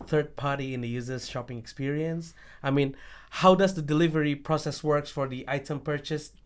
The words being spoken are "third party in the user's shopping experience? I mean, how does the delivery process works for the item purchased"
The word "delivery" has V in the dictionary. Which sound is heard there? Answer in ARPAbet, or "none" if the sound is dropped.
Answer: V